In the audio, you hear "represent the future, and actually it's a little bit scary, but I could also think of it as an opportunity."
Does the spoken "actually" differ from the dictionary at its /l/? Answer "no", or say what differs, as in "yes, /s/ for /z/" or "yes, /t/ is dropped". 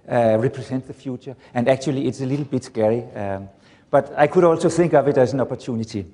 no